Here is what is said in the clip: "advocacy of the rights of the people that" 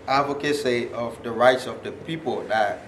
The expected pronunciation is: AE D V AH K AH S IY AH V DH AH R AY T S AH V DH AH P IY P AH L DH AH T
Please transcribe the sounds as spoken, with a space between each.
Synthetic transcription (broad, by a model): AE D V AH K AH S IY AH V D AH R AY T S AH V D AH P IY P AH L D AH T